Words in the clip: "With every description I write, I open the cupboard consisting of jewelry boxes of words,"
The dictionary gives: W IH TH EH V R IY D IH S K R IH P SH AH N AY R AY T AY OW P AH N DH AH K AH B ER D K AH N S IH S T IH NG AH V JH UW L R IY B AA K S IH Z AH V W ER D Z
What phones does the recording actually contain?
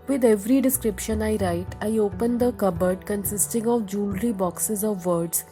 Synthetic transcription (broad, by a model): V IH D EH V R IY D IH S K R IH P SH AH N AY R AY T AY OW P AH N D AH K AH B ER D K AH N S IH S T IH NG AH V JH UW L R IY B AA K S IH Z AH V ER D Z